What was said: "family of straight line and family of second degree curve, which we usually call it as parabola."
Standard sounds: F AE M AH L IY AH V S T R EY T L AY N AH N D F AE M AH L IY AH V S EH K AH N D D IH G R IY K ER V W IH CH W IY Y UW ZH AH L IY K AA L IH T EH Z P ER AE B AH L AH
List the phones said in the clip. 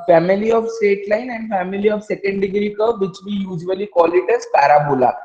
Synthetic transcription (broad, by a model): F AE M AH L IY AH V S T EY T L AY N AH N D F AE M AH L IY AH V S EH K AH N D D IH G R IY K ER V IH CH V IY Y UW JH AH L IY K AA L IH T EH Z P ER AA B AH L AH